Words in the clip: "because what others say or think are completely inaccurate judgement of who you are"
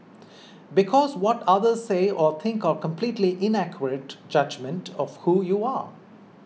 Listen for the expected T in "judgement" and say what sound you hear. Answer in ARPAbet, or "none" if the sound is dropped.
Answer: T